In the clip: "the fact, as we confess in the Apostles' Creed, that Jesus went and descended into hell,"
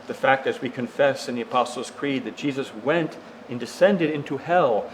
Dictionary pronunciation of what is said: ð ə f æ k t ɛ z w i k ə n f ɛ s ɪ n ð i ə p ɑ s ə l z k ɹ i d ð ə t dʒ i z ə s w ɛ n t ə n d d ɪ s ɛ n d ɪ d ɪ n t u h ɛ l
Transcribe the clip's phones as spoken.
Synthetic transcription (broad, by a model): ð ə f æ k t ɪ z w i k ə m f ɛ s ɪ n ð i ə p ɑ s l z k ɹ i d ð ə t dʒ i z ə s w ɛ n t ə n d d ɪ s ɛ n d ɪ d ɪ n t u h ɛ l